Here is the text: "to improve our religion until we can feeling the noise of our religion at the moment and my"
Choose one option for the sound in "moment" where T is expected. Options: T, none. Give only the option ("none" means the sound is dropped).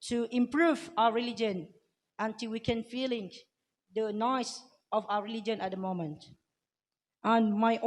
T